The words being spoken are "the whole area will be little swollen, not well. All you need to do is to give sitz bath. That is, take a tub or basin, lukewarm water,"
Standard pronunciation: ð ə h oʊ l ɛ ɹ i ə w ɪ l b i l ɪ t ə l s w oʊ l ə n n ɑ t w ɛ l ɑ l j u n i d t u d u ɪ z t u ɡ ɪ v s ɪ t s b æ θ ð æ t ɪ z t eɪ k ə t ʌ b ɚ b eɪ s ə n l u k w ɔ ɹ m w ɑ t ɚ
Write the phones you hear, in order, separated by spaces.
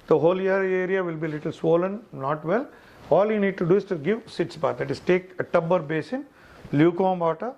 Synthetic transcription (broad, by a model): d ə h oʊ l ɛ ɹ i ə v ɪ l b i l ɪ t ə l s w oʊ l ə n n ɑ t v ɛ l ɑ l j u n i d t u d u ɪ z t u ɡ ɪ v s ɪ t s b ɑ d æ t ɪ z t eɪ k ə t ʌ b ɚ b eɪ s ə n l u k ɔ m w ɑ t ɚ